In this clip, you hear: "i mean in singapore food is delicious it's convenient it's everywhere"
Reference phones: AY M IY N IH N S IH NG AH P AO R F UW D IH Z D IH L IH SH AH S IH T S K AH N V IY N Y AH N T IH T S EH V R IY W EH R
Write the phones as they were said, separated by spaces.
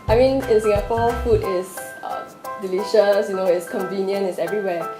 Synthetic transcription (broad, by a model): AY M IY N IH N S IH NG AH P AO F UW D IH S D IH L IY SH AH S IH T S K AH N V IY N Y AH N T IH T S EH V R IY W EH